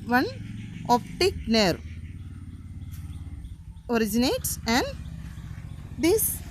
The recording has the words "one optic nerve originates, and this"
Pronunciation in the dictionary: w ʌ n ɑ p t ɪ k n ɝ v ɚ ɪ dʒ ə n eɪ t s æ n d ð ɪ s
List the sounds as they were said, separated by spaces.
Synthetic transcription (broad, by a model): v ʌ n ɑ p t ɪ k n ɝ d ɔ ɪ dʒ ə n eɪ t s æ n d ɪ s